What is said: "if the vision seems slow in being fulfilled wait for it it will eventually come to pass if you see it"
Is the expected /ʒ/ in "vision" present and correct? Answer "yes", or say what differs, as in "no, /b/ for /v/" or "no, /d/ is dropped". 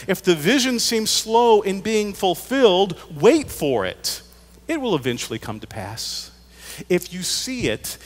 yes